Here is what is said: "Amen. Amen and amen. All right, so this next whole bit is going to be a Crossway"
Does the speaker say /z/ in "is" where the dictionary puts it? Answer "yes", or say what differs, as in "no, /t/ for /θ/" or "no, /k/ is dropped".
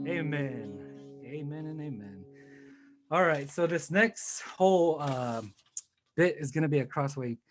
yes